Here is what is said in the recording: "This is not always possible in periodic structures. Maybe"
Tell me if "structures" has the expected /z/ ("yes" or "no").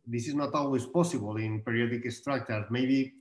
no